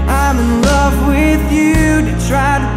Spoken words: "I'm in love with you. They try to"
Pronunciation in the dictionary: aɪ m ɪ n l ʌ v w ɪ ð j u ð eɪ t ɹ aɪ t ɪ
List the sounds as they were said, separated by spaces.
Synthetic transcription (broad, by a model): aɪ m ɪ n l ʌ v w ɪ ð j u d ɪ t ɹ aɪ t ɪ